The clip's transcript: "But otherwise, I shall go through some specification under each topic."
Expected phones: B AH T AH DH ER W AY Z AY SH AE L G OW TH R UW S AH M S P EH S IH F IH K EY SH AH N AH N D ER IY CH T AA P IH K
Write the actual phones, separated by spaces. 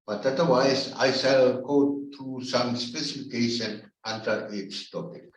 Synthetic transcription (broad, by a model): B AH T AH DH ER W AY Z AY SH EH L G OW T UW S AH M S P EH S IH F IH K EY SH AH N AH N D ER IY S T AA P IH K